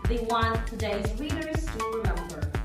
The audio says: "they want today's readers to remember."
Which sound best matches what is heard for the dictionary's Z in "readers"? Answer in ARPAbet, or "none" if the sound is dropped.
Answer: S